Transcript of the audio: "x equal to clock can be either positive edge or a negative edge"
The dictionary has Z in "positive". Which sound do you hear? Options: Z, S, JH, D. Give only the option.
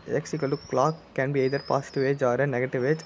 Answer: S